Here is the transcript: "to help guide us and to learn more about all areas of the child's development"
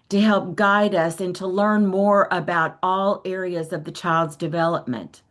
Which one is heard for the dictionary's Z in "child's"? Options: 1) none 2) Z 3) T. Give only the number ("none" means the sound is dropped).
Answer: 2